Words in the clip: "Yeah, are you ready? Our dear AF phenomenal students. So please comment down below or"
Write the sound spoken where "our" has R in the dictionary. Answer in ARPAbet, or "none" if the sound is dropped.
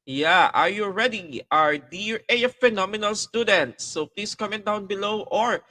R